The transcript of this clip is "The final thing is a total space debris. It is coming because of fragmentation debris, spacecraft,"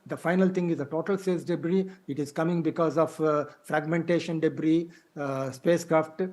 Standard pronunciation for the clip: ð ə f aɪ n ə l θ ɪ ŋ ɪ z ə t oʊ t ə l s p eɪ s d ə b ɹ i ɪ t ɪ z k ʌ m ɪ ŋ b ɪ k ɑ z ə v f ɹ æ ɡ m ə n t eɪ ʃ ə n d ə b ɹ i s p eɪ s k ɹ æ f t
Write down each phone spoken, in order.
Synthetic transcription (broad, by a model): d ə f aɪ n ə l t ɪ ŋ ɪ z ə t oʊ t ə l s eɪ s d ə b ɹ i ɪ t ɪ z k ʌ m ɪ ŋ b ɪ k ɑ z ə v f ɹ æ ɡ m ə n t eɪ ʃ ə n d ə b ɹ i s p eɪ s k ɹ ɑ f t